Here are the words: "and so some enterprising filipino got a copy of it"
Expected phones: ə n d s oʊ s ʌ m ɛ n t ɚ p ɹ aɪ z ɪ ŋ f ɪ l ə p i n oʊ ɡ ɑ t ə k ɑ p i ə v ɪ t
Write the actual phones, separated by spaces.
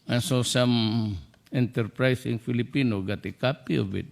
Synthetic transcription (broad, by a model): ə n s oʊ s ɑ m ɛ n t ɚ p ɹ aɪ s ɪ ŋ f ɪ l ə p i n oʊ ɡ ɑ t ə k ɑ p i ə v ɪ t